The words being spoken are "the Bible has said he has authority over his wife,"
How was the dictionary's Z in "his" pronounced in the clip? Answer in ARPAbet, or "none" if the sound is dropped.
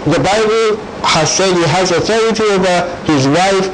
Z